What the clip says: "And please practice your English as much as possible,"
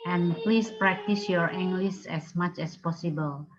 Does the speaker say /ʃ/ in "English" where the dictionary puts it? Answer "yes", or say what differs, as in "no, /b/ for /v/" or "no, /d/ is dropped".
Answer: no, /s/ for /ʃ/